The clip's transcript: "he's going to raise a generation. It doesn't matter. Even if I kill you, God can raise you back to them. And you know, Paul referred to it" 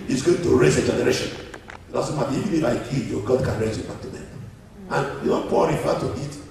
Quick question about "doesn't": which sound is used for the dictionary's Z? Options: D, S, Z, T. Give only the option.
S